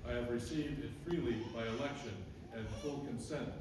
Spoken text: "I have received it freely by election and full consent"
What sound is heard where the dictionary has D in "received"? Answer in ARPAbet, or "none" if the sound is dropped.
D